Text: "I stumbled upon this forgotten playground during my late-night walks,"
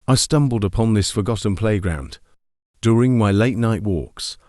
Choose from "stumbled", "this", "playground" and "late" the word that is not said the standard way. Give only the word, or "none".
none